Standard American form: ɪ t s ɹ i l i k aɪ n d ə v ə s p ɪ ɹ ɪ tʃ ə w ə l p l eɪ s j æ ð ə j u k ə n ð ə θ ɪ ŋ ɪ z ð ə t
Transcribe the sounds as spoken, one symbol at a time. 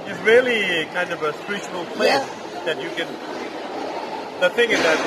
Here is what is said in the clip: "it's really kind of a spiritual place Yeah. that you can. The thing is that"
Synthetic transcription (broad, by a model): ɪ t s ɹ i l i k aɪ n d ə v ə s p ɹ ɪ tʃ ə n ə l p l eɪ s ð ə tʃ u k ə n ð ə θ ɪ ŋ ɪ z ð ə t